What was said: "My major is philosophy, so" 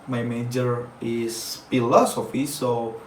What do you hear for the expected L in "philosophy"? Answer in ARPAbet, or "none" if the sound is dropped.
L